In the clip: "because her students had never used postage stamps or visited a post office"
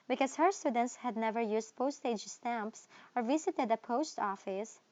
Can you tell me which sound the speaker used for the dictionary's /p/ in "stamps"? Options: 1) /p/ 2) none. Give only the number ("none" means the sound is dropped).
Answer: 1